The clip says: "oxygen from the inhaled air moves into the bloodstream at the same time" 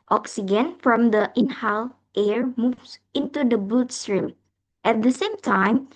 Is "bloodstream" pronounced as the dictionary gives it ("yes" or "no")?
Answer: no